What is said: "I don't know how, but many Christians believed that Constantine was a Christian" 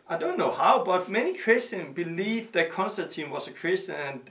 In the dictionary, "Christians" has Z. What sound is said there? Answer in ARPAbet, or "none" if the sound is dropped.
none